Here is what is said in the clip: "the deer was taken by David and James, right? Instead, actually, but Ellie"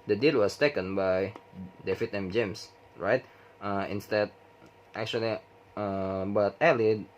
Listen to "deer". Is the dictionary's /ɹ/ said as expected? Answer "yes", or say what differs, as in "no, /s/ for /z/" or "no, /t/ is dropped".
no, /l/ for /ɹ/